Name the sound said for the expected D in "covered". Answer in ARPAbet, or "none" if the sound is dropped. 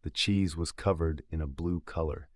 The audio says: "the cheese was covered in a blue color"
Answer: D